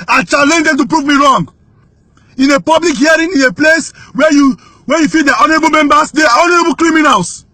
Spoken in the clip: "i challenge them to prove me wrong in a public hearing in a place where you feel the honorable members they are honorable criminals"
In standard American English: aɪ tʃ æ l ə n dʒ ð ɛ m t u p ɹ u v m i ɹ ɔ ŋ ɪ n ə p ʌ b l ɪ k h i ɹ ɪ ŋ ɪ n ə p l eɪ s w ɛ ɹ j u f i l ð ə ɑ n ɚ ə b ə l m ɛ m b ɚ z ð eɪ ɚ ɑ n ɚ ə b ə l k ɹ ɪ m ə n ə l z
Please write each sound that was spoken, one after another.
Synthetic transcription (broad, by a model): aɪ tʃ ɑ l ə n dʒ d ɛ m t u p ɹ u v m i ɹ ɔ ŋ ɪ n ə p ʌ b l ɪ k h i ɹ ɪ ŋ ɪ n ə p l eɪ s w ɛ w j u f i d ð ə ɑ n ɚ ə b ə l m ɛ m b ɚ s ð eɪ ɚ ɑ n ɚ ə b ə l k ɹ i m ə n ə l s